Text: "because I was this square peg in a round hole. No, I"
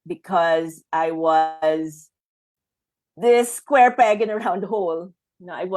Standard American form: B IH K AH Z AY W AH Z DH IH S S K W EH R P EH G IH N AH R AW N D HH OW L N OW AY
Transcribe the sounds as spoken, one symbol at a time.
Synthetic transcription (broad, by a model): B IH K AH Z AY W AH Z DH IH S S K W EH R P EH G IH N AH R AW N D HH OW L N OW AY